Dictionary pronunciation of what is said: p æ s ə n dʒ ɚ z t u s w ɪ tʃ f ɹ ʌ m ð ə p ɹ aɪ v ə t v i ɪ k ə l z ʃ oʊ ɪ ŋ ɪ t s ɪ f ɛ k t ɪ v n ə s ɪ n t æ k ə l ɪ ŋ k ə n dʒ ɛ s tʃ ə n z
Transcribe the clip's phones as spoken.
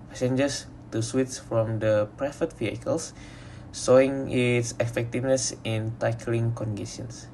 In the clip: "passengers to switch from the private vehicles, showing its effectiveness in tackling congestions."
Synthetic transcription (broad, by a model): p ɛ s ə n dʒ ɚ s t u s w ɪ s f ɹ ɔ m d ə p ɹ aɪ f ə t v i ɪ k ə l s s oʊ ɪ ŋ ɪ t s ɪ f ɛ k t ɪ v n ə s ɪ n t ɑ k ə l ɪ ŋ k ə n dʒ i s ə n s